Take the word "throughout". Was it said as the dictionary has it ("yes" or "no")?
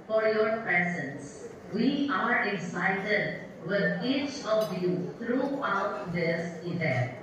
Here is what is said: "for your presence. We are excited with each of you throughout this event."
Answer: no